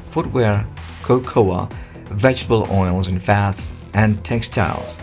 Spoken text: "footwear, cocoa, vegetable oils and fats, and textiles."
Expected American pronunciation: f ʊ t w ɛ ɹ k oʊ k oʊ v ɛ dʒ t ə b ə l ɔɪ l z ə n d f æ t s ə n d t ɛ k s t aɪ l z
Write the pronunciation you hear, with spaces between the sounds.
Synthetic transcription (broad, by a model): f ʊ t w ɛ ɹ k oʊ k oʊ v ɛ dʒ t ə b ə l ɔɪ l z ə n f æ t s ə n t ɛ k s t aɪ l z